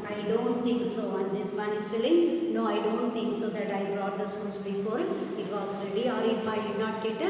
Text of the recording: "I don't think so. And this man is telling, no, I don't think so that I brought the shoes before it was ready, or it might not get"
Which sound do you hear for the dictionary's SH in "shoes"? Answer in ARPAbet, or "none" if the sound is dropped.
S